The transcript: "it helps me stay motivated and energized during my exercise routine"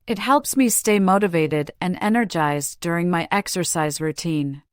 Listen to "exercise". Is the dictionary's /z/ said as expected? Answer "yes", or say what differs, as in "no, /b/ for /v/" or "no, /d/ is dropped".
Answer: yes